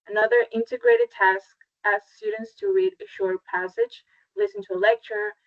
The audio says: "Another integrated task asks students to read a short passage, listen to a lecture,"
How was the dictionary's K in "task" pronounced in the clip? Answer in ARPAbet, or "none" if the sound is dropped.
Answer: K